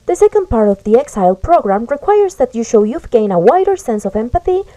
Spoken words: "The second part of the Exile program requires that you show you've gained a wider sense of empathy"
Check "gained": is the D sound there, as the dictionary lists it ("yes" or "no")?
no